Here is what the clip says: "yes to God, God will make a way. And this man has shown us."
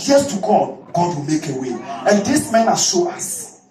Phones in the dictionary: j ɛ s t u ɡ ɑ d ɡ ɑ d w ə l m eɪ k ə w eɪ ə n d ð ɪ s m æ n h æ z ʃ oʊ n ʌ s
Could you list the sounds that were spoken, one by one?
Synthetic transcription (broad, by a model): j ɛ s t u ɡ ɑ d ɡ ɑ d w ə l m eɪ k ə w eɪ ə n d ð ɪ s m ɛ n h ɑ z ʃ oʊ ɑ s